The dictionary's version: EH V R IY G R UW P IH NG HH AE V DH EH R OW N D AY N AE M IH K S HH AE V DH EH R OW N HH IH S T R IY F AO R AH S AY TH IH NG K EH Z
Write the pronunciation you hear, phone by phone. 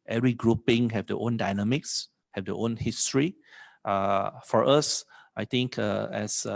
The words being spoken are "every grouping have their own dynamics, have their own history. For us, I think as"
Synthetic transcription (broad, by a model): EH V R IY G R UW P IH NG HH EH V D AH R OW N D AY N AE M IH K S HH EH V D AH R OW N HH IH S T R IY F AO R AH S AY T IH NG K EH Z